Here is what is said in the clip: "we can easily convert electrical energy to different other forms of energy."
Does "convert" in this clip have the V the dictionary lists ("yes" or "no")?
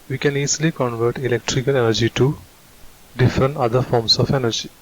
yes